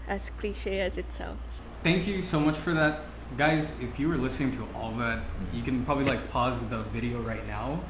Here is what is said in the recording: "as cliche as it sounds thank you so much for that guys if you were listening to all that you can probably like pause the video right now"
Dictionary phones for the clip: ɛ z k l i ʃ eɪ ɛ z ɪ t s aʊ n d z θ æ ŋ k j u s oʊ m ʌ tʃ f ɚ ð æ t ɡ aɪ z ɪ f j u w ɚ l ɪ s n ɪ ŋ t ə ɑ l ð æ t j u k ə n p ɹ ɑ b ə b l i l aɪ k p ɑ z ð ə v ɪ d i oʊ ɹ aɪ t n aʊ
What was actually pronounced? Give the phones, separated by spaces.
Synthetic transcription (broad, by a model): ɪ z k l i ʃ eɪ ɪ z ɪ t s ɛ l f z θ æ ŋ k j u s oʊ m ʌ tʃ f ɚ ð æ t ɡ aɪ z ɪ f j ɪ w ɚ l ɪ s n ɪ ŋ t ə ɑ l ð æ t j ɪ k ə n p ɹ ɑ b ə b l i l aɪ k p ɑ z ð ə v ɪ d i oʊ ɹ aɪ t n aʊ